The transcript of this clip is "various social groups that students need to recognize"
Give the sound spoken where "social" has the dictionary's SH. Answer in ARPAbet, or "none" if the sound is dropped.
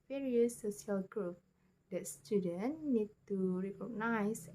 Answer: none